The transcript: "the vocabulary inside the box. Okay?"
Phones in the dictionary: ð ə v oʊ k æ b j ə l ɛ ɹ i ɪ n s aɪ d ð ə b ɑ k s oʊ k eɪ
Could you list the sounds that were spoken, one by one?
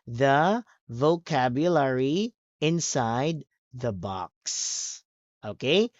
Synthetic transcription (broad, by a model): ð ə v oʊ k æ b j ə l ɛ ɹ i ɪ n s aɪ d ð ə b ɑ k s oʊ k eɪ